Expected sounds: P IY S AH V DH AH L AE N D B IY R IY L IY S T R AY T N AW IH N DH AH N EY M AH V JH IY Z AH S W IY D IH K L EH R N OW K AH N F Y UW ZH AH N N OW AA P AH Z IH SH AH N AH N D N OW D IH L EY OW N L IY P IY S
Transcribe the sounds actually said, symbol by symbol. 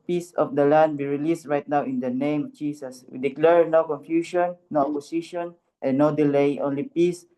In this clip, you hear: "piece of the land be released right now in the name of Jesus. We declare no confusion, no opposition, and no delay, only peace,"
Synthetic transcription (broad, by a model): P IY S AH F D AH L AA N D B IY R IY L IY S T R AY T N AW IH N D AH N EY M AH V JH IY S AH S W IY D IH K L EH R N OW K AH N F Y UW SH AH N N OW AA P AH S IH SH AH N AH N N OW D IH L EY OW N L IY P IY S